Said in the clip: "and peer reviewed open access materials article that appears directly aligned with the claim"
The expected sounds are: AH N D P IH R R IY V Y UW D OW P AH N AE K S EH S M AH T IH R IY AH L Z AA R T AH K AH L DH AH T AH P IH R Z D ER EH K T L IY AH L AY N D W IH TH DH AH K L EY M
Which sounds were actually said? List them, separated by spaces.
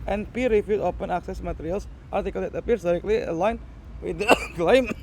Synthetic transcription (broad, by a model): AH N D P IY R R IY F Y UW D OW P AH N AE K S EH S M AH T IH R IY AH L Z AA R T AH K AH L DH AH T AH P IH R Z D ER EH K T L IY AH L AY N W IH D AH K L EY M